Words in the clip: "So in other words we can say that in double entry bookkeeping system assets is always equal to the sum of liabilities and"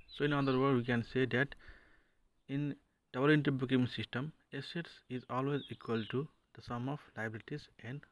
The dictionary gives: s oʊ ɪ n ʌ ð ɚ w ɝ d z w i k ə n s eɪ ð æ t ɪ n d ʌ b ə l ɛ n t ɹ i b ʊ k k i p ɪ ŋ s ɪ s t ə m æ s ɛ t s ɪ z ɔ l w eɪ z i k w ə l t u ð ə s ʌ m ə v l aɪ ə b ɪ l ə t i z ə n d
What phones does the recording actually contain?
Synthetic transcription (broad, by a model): s oʊ ɪ n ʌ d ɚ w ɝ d w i k ə n s eɪ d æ t ɪ n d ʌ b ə l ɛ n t i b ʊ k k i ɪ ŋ s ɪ s t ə m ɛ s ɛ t s ɪ z ɔ l w eɪ z i k w ə l t u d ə s ʌ m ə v l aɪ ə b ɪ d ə t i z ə n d